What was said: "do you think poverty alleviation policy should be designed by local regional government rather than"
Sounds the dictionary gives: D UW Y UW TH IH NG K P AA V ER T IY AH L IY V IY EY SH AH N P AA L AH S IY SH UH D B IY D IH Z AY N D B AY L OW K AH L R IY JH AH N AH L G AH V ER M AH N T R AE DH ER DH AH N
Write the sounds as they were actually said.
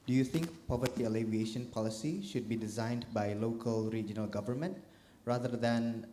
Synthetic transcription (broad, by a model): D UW Y UW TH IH NG K P AA V ER T IY AH L IY V IY EY SH AH N P AA L AH S IY SH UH D B IY D IH Z AY N D B AY L OW K AH L R IY JH AH N AH L G AH V ER M AH N T R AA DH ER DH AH N